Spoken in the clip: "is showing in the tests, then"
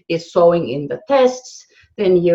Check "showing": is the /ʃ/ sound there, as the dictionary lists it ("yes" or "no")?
no